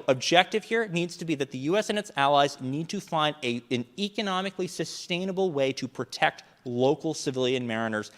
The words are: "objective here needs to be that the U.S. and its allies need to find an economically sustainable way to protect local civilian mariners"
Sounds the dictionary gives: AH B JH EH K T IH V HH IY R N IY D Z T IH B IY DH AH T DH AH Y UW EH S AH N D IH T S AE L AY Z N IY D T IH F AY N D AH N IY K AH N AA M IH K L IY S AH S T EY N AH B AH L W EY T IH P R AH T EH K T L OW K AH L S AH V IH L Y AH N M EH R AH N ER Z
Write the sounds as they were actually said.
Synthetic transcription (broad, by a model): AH B JH EH K T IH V HH IY R N IY D Z T IH B IY DH AH T DH AH Y UW EH S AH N IH T S AE L AY Z N IY D T IH F AY N D AH N IY K AH N AA M IH K L IY S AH S T EY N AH B L W EY T IH P R AH T EH K T L OW K L S AH V IH L Y AH N M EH R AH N ER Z